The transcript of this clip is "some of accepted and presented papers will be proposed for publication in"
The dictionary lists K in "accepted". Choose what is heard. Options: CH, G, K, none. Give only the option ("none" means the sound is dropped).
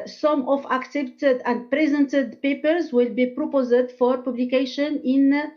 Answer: K